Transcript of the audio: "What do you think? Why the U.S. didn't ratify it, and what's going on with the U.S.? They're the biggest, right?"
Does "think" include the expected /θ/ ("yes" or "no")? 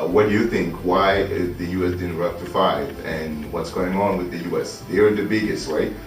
yes